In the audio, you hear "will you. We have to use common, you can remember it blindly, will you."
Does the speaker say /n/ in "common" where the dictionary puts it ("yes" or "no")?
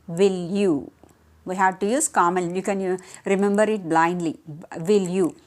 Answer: no